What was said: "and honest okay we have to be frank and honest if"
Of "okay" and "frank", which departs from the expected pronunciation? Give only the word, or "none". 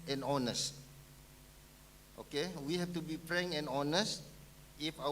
frank